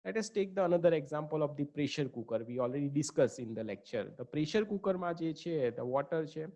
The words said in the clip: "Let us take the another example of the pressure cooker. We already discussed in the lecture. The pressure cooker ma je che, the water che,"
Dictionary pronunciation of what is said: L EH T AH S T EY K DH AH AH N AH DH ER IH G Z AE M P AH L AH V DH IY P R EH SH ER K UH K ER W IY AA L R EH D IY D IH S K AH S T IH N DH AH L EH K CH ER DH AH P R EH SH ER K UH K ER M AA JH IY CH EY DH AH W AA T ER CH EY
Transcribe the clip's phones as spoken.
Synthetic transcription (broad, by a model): L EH T AH S T EY K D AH AH N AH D ER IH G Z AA M P AH L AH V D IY P R EH SH ER K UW K ER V IY AA L R EH D IY D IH S K AH S IH N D AH L EH K CH ER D AH P R EH SH ER K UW K ER M AA JH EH CH EY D AH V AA T ER CH EY